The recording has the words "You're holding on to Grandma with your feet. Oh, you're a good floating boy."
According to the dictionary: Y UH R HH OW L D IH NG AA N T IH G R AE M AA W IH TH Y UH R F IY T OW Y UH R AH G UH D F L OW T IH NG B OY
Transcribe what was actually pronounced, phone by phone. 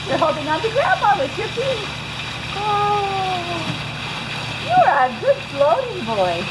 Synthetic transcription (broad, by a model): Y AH R HH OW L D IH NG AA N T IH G R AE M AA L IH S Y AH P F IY OW Y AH R AH G UH D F L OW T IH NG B OY